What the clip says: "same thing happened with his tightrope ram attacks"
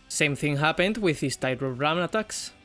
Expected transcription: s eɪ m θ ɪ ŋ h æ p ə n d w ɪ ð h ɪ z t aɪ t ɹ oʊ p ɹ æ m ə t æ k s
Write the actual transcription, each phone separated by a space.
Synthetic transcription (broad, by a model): s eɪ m θ ɪ ŋ h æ p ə n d w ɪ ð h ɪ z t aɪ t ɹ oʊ ɹ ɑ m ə t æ k s